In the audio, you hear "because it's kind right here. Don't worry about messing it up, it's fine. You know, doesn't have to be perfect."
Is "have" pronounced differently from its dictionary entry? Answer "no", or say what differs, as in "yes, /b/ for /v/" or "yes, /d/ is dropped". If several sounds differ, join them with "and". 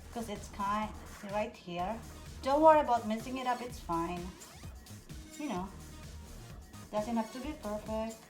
yes, /p/ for /v/